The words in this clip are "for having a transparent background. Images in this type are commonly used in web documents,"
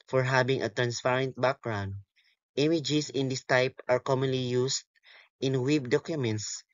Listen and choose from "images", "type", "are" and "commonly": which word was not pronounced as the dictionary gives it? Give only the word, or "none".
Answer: images